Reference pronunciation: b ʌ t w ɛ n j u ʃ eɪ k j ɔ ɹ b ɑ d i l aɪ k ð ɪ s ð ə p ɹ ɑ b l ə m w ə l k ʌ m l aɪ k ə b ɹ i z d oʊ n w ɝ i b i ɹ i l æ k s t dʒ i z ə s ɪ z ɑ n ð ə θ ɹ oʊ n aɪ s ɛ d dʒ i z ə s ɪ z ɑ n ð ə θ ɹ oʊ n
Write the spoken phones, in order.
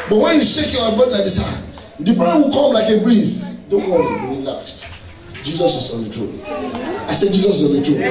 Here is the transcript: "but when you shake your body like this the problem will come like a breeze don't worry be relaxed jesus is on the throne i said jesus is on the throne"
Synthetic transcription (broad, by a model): b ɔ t w ɛ n j u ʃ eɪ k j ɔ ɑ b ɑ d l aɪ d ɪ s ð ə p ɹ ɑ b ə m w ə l k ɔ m l aɪ k ə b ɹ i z d oʊ n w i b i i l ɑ s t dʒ i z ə s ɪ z ɑ n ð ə t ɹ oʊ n aɪ s ɛ d dʒ i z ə s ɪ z ɑ n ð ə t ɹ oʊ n